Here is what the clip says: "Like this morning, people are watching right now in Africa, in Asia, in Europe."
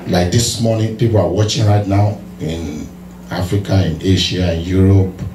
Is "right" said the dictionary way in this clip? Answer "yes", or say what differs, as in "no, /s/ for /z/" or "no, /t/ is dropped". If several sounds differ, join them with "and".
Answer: yes